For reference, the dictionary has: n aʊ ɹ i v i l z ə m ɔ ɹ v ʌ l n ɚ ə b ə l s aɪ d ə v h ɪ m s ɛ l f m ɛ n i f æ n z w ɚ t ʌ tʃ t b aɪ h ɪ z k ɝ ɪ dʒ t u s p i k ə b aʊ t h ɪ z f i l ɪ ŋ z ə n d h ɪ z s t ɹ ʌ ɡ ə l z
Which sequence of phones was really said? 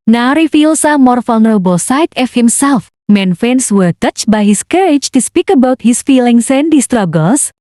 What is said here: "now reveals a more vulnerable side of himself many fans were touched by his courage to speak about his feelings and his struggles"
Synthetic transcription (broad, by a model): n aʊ ɹ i f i l s ə m ɔ ɹ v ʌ l n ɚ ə b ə l s aɪ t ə f h ɪ m s ɛ l f m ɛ n f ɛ n s w ɚ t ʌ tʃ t b aɪ h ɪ s k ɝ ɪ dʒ t u s p i k ə b aʊ t h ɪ s f i l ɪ ŋ s ə n d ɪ s t ɹ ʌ ɡ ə l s